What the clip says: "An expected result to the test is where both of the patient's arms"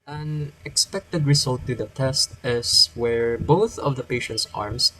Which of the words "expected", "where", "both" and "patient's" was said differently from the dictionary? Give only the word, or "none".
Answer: none